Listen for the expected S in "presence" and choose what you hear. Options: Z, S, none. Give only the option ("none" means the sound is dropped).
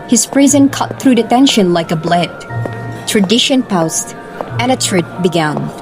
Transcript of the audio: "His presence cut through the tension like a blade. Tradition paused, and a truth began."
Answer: none